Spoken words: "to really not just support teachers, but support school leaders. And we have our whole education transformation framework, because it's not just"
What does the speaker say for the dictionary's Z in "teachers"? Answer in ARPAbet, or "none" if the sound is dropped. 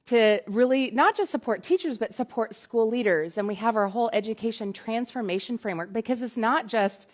Z